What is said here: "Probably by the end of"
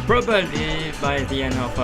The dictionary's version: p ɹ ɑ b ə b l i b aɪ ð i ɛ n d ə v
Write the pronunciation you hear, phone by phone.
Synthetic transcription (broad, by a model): p ɹ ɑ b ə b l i b aɪ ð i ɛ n ə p